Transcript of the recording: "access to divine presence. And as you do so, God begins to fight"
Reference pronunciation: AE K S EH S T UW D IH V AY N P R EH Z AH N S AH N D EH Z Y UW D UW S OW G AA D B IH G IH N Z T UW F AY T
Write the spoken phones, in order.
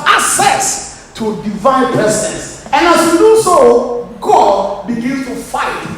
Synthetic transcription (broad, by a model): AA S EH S T UW D IH V AY N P EH S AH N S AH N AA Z Y UW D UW S OW G AA D B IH G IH N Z T UW F AY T